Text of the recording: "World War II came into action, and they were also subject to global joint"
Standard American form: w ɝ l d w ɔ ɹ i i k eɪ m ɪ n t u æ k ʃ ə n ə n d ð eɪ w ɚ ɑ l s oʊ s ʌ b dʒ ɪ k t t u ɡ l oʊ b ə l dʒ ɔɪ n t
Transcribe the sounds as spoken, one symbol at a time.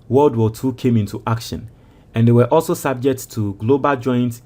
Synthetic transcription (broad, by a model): w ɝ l d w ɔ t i k eɪ m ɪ n t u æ k ʃ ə n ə n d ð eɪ w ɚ ɑ l s oʊ s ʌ b dʒ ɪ k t t u ɡ l oʊ b ə l dʒ ɔɪ n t